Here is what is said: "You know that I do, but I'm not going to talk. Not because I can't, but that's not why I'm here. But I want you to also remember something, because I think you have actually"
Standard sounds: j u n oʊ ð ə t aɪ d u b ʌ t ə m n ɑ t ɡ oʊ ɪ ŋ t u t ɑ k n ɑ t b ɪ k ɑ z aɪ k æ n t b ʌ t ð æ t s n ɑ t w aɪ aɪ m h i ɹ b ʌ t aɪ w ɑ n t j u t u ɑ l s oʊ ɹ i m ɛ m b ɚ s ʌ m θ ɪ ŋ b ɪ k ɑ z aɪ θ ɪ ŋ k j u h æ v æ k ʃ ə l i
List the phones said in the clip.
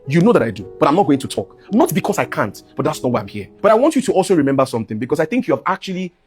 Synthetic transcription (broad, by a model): j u n oʊ ð ə t aɪ d u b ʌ t ə m n ɑ t ɡ oʊ ɪ ŋ t u t ɑ k n ɑ t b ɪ k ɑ s aɪ k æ n t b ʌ t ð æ t s n ɑ t w aɪ aɪ m h i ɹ b ʌ t aɪ w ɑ n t j u t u ɑ l s oʊ ɹ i m ɛ m b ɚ s ʌ m θ ɪ ŋ b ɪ k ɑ s aɪ θ ɪ ŋ k j u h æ v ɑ k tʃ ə l i